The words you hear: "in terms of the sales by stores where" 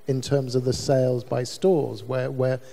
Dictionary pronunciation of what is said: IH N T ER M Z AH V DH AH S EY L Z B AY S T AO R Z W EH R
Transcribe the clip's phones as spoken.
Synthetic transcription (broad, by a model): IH N T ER M Z AH V DH AH S EY L Z B AY S T AO Z W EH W